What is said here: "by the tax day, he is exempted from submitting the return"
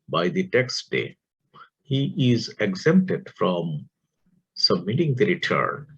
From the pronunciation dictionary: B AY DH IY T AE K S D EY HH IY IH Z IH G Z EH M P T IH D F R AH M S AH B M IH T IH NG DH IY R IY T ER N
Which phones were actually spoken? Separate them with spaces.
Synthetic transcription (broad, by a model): B AY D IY T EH K S D EY HH IY IH Z IH G Z EH M P T IH D F R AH M S AH B M IH T IH NG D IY R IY T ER N